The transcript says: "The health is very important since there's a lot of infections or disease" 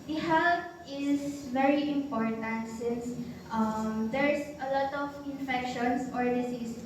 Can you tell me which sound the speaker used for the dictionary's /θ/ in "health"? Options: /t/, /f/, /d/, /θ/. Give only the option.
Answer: /t/